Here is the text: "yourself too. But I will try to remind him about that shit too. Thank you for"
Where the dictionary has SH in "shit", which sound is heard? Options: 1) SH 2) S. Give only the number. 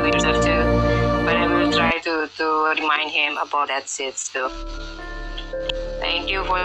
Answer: 2